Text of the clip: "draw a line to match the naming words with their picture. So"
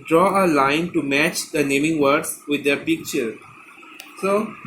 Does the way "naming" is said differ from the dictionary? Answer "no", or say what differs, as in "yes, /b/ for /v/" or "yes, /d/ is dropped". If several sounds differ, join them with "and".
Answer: no